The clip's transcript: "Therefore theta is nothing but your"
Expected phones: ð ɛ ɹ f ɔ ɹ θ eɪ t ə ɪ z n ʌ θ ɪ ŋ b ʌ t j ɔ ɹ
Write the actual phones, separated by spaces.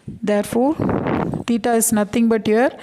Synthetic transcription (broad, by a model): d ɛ ɹ f ɔ ɹ t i t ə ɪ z n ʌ t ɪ ŋ b ʌ t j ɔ ɹ